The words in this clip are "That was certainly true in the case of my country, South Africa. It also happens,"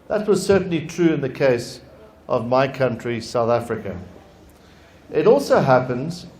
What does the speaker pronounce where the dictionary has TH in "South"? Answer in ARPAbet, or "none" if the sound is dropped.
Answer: TH